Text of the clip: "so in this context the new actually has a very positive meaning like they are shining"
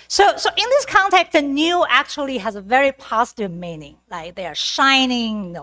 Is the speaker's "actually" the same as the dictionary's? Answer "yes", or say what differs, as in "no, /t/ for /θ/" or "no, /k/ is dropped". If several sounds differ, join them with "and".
yes